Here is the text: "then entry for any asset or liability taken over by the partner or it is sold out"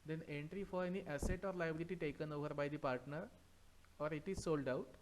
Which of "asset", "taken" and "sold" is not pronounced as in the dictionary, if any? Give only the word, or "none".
none